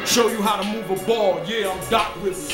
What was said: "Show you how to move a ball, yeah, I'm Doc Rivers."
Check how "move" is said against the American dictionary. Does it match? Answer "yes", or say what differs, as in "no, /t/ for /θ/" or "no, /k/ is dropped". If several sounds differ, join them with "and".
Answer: yes